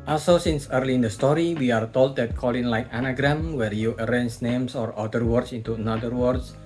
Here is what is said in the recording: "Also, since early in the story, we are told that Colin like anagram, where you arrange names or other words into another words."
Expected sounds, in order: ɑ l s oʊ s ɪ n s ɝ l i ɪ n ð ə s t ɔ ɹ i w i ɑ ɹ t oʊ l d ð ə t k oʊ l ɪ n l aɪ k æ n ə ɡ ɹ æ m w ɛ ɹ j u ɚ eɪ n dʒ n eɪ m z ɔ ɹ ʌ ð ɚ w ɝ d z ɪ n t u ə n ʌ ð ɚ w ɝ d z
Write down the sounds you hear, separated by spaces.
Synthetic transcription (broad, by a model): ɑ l s oʊ s ɪ n s ɝ l i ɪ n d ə s t ɔ ɹ i w i ɑ ɹ t oʊ l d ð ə t k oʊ l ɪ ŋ l aɪ k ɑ n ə ɡ ɹ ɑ m w ɛ ɹ j u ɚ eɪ n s n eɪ m s ɔ ɹ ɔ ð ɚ w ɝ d s ɪ n t u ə n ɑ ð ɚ w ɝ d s